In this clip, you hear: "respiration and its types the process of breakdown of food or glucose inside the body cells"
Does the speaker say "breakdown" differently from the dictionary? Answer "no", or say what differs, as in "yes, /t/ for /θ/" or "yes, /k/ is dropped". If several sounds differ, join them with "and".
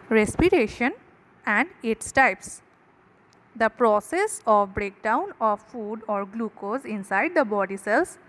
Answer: no